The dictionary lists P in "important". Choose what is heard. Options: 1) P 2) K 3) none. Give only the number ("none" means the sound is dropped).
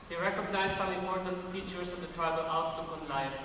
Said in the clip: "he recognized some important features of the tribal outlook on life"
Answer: 3